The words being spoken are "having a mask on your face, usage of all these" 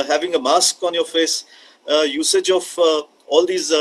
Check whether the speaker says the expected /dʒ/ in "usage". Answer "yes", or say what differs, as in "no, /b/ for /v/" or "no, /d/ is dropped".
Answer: yes